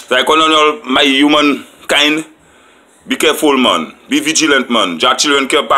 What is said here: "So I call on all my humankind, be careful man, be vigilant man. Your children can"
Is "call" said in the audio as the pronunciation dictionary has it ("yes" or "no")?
no